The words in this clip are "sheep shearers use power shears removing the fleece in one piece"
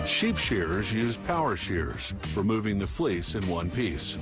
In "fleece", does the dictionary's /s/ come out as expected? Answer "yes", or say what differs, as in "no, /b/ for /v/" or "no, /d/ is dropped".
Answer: yes